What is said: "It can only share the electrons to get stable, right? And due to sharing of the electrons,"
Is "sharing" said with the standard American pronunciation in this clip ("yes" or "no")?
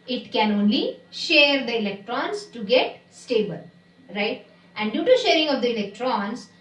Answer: yes